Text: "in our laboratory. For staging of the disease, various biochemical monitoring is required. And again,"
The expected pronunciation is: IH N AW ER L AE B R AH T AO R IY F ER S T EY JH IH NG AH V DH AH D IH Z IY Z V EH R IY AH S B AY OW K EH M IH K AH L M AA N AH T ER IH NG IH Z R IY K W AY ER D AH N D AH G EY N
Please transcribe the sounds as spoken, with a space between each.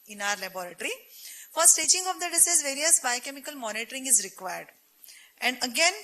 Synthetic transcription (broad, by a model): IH N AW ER L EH B R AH T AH R IY F ER S T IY CH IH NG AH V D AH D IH S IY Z V EH R IY AH S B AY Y K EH M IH K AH L M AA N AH T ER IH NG IH Z R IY K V AY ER D AH N D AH G EY N